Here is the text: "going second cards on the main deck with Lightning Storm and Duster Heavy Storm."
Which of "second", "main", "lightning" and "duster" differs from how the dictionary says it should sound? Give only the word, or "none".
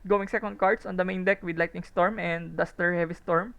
lightning